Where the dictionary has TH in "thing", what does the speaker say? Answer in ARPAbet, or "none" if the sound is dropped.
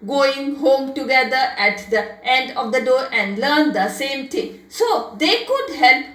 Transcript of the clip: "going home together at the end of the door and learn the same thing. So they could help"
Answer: T